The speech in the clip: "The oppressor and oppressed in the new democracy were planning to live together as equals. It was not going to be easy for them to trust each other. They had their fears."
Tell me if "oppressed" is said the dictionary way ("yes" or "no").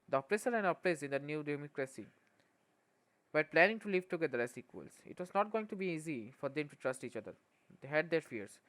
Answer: no